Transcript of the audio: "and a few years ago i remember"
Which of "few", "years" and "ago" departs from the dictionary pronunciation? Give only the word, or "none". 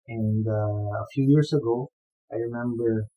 years